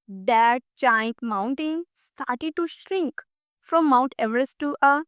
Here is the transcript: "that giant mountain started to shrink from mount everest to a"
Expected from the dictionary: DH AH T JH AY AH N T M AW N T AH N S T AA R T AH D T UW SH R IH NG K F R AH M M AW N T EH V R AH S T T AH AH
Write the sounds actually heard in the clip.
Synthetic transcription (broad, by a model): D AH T CH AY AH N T M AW N T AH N S T AA R T AH D T UW SH R IH NG K F R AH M M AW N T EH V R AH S T T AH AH